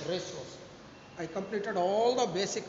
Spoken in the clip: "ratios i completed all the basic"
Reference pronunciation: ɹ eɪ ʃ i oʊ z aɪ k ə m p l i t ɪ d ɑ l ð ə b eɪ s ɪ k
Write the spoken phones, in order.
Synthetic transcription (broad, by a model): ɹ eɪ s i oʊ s aɪ k ə m p l i t ɪ d ɑ l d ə b eɪ s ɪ k